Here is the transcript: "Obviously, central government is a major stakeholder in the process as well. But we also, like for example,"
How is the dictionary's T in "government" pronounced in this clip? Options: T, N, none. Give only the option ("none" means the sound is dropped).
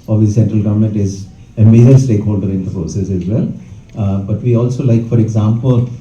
T